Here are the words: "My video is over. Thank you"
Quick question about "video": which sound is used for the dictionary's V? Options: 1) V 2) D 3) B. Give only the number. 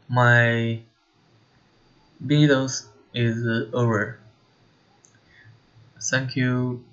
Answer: 3